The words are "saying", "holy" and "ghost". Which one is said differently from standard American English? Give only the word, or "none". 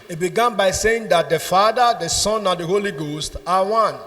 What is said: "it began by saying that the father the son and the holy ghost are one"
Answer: none